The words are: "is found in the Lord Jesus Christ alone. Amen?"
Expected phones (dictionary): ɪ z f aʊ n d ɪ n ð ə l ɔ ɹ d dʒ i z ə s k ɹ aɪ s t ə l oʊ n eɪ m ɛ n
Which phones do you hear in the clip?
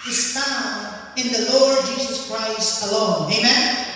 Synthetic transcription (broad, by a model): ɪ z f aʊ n ɪ n ð ə l ɔ ɹ d dʒ i z ə s k ɹ aɪ s t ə l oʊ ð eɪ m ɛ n